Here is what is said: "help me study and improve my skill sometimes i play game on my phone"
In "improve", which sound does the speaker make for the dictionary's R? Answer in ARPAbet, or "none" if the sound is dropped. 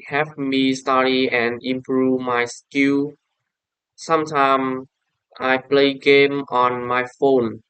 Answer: R